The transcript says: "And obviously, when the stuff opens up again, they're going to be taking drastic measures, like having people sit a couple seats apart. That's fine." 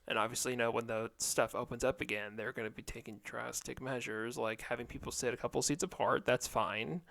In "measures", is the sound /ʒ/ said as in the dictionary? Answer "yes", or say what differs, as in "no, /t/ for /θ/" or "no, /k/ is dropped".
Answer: yes